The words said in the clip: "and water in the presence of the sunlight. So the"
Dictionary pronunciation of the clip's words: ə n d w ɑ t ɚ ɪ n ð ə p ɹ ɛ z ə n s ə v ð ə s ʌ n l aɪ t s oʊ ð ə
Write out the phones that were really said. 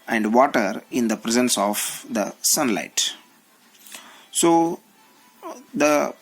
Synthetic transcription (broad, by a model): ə n d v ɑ t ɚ ɪ n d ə p ɹ ɛ z ə n s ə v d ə s ʌ n l aɪ t s oʊ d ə